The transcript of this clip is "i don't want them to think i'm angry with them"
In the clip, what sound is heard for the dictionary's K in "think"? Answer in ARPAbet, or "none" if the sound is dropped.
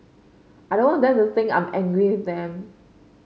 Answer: none